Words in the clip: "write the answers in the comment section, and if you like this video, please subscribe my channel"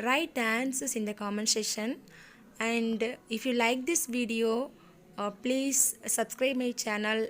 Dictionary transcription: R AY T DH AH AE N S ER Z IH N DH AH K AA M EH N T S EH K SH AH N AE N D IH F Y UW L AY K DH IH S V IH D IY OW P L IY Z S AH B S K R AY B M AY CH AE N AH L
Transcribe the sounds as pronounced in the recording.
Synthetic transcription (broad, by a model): R AY T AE N S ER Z IH N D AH K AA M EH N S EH SH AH N AE N D IH F Y UW L AY K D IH S V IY D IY OW P L IY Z S AH B S K R AY B M AY CH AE N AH L